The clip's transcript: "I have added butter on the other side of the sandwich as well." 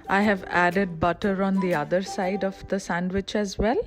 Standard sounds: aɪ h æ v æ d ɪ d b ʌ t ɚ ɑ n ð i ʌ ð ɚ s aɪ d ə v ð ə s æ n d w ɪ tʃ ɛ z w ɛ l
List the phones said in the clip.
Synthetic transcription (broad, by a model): aɪ h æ v æ d ɪ d b ʌ t ɚ ɑ n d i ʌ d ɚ s aɪ d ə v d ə s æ n d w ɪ tʃ ɛ z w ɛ l